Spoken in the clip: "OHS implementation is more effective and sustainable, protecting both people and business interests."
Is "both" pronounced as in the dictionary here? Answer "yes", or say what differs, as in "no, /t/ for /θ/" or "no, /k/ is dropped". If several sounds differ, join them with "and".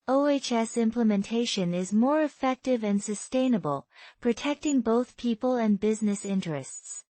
yes